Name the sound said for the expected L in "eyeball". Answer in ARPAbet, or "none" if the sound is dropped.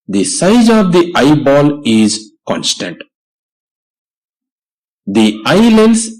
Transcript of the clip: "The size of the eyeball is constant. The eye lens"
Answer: L